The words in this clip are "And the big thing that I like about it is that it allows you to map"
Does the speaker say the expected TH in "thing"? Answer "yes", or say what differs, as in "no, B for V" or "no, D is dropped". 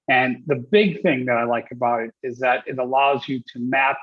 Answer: yes